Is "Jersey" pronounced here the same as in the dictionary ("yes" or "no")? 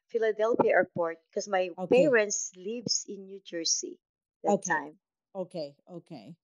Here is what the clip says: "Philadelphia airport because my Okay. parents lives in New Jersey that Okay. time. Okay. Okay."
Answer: no